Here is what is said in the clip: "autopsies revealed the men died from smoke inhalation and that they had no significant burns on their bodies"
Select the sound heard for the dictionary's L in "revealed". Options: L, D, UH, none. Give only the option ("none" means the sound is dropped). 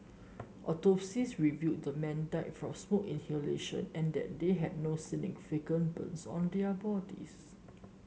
none